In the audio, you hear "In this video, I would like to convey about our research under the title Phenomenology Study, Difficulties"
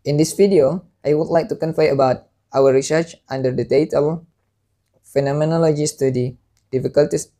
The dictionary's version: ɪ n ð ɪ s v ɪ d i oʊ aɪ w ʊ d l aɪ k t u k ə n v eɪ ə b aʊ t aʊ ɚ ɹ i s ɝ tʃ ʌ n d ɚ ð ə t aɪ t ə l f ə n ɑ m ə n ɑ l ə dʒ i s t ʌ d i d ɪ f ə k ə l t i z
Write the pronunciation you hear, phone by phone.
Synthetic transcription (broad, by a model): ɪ n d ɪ s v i d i oʊ aɪ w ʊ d l aɪ k t u k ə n f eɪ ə b aʊ t aʊ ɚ ɹ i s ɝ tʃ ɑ n d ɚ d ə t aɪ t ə l f ə n ɑ m ə n ɑ l ə dʒ i s t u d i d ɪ f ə k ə l t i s